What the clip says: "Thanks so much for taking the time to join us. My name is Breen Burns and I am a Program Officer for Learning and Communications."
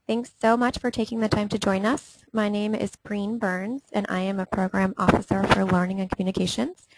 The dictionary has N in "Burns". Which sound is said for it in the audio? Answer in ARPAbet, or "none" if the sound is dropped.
N